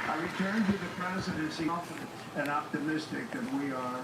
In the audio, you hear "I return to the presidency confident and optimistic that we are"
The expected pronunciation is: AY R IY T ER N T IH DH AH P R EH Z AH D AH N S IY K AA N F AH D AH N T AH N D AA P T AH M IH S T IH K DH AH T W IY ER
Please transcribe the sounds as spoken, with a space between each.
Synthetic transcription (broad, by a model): AY R IY T ER N T IH DH AH P R EH Z AH D AH N S IY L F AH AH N AH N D AA P T AH M IH S T IH K DH AH T W IY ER